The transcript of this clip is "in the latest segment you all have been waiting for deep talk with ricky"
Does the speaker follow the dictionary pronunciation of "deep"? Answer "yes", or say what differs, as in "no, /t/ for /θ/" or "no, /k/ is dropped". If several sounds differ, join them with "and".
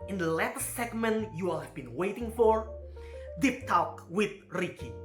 yes